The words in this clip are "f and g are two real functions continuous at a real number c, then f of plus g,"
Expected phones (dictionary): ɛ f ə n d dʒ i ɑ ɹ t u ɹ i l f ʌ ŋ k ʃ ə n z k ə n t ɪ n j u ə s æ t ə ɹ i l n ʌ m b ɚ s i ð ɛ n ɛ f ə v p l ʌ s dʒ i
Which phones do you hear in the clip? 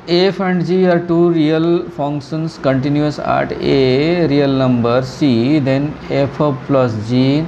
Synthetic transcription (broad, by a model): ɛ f ə n d dʒ i ɑ ɹ t u ɹ i l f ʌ ŋ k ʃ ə n s k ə n t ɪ n j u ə s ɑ t ə ɹ i l n ʌ m b ɚ s i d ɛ n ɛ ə p p l ʌ s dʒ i